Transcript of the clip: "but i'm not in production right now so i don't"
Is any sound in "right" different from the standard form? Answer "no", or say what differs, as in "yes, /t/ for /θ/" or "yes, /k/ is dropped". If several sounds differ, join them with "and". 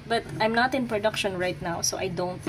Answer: no